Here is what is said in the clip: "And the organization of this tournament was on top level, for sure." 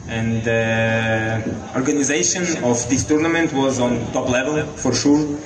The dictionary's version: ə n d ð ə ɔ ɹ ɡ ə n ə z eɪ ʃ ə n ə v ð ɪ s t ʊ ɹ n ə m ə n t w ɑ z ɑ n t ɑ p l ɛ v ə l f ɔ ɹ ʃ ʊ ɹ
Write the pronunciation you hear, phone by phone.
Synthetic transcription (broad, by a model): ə n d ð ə ɔ ɹ ɡ ə n ə z eɪ ʃ ə n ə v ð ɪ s t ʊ ɹ n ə m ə n t w ɑ z ɑ n t ɑ p l ɛ v ə l f ɔ ɹ ʃ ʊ ɹ